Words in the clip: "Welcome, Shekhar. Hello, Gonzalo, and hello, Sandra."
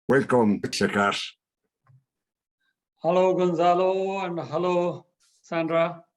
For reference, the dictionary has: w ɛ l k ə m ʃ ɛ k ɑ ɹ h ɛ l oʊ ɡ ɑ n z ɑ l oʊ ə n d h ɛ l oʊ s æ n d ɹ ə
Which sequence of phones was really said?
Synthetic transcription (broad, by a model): w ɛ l k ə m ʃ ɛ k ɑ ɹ h ɛ l oʊ ɡ ɑ n z ɑ l oʊ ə n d h ɛ l oʊ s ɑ n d ɹ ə